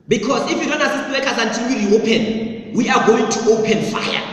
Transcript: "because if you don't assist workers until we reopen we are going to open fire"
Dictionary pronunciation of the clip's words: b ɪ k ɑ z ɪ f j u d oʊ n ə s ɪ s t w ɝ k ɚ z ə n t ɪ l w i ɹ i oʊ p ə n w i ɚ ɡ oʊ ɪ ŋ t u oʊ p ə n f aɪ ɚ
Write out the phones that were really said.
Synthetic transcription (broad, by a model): b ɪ k ɑ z ɪ f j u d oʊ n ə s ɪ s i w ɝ k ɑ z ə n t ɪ n w i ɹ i oʊ p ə n w i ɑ ɡ oʊ ɪ ŋ t u oʊ p ə n f aɪ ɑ